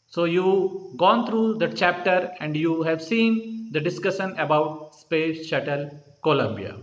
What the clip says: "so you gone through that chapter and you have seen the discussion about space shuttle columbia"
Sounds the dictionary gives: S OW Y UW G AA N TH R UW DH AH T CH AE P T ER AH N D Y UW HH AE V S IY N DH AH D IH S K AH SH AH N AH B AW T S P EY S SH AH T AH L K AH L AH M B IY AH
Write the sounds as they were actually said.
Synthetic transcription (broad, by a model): S OW Y UW G AA N T R UW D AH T CH AE P T ER AH N D Y UW HH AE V S IY N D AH D IH S K AH SH AH N AH B AW T S P EY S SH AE T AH L K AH L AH M B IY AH